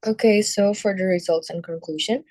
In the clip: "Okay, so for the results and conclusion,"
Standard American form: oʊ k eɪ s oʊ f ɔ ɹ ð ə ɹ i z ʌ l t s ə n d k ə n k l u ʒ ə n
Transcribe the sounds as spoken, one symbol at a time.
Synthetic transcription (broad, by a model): oʊ k eɪ s oʊ f ɔ ɹ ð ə ɹ i z ʌ l t s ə n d k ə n k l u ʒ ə n